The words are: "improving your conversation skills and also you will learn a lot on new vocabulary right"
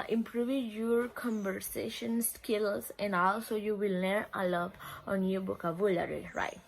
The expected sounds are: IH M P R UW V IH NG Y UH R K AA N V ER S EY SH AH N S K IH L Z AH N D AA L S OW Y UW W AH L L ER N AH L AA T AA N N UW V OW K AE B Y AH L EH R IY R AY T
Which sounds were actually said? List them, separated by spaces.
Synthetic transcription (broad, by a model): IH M P R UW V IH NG Y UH R K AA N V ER S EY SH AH N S K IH L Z AH N D AA L S OW Y UW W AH L N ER AH L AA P AA N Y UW B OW K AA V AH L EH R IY R AY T